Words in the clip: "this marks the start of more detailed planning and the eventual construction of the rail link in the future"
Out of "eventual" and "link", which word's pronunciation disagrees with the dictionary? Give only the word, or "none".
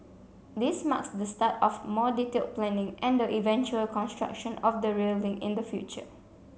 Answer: link